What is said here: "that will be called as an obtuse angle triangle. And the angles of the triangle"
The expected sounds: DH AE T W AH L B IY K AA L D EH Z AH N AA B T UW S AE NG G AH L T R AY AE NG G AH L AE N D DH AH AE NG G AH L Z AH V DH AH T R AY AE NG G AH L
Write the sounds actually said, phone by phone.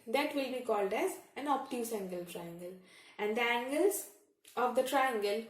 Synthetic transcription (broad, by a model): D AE T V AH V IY K AA L D EH Z AH N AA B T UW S AE NG G AH L T R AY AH NG G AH L AE N D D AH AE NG G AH L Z AH V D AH T R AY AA NG G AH L